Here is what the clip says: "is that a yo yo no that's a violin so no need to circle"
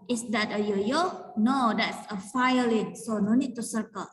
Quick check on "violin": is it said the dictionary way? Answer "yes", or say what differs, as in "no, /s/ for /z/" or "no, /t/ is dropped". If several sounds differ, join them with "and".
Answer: no, /f/ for /v/